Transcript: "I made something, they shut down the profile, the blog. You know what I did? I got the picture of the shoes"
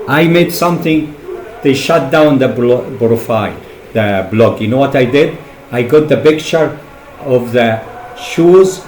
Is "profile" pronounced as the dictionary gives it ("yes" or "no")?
no